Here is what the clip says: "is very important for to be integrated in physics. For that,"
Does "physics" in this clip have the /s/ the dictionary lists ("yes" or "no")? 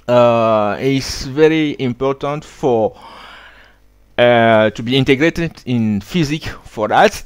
no